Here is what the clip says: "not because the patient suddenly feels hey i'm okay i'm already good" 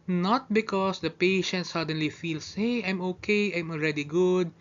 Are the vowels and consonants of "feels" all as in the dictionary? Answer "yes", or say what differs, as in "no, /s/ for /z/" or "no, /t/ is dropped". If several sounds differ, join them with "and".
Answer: no, /s/ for /z/